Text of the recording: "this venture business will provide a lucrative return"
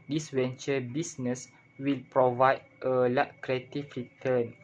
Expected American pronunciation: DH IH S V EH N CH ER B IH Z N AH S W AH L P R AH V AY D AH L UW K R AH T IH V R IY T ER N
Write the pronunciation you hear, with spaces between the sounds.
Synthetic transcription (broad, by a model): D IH S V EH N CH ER B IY S N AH S W AH L P R AH V AY D AH L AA K R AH T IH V R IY T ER N